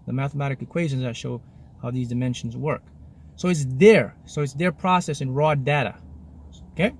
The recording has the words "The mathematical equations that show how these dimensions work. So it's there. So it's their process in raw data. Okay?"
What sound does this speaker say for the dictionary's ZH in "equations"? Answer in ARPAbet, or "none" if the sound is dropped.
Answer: ZH